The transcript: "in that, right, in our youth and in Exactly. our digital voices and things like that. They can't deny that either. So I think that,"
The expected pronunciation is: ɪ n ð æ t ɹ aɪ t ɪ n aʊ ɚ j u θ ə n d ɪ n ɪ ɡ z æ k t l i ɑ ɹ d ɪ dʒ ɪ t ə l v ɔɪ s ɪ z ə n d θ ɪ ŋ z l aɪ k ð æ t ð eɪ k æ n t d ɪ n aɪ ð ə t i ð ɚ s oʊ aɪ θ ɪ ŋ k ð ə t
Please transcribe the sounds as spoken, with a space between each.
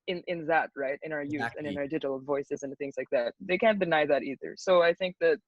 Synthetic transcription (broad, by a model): ɪ n ð æ t ɹ aɪ t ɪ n aʊ ɚ j u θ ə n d ɪ n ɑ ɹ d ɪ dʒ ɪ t l v ɔɪ s ɪ z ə n θ ɪ ŋ z l aɪ k ð æ t ð eɪ k æ n d ɪ n aɪ ð ə t i ð ɚ s oʊ aɪ θ ɪ ŋ k ð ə t